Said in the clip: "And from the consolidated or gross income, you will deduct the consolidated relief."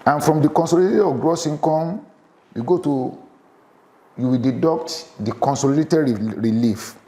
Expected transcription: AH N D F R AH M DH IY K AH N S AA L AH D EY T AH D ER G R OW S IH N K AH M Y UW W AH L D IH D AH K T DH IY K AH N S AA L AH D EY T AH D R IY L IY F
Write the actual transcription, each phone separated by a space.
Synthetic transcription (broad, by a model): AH N F R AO M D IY K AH N S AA L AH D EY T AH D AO G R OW S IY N K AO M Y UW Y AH W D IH D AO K T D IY K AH N S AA L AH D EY T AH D R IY L IY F